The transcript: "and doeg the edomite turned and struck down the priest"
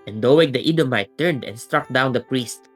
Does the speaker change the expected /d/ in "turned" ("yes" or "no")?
no